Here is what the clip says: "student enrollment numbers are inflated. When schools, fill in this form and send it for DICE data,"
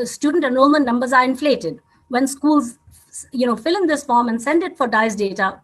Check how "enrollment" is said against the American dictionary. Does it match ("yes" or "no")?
no